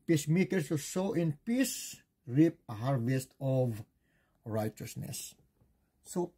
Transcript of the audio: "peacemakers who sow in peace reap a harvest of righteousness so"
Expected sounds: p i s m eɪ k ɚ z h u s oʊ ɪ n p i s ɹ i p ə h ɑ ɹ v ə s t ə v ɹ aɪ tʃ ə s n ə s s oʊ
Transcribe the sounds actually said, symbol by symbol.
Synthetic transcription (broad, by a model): p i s m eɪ k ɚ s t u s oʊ ɪ n p i s ɹ i p ə h ɑ ɹ v ə s t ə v ɹ aɪ tʃ ə s n ə s s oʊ